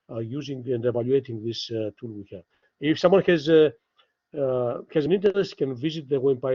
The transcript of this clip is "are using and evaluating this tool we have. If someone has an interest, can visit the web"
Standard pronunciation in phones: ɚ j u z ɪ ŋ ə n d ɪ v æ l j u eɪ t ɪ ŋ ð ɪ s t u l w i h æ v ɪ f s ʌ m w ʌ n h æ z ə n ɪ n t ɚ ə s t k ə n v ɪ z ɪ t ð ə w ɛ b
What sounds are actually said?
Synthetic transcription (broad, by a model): j u z ɪ ŋ ə n d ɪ v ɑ l j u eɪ t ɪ ŋ ð ɪ s t u l w i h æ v ɪ f s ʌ m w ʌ n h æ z ə n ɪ n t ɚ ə s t k ə n v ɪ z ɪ t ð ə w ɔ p